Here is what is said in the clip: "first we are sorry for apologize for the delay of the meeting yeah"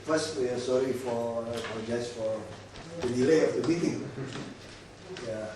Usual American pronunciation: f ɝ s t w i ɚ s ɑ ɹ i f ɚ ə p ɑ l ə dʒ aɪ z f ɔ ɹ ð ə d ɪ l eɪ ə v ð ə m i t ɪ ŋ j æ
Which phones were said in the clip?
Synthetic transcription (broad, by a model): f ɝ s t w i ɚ s ɑ ɹ i f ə f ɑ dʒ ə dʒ f ɔ ɹ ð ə d ɪ l eɪ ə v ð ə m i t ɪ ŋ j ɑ